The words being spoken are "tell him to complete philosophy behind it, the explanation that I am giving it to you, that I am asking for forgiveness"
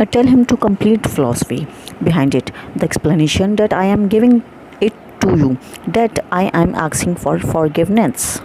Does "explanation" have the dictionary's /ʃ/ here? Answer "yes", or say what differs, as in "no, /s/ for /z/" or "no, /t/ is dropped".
yes